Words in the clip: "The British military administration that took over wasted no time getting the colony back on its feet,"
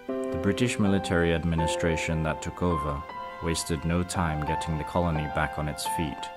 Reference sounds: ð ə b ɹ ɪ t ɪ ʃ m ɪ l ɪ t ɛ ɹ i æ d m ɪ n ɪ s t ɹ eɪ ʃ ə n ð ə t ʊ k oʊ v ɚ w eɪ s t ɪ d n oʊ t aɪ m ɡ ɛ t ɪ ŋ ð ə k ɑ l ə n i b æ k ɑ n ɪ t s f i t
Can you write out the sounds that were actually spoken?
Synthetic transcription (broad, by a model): ð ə b ɹ ɪ t ɪ ʃ m ɪ l ɪ t ɛ ɹ i æ d m ɪ n ɪ s t ɹ eɪ ʃ ə n ð ə t ʊ k oʊ v ɚ w eɪ s t ɪ d n oʊ t aɪ m ɡ ɛ t ɪ ŋ ð ə k ɑ l ə n i b æ k n ɪ t s f i t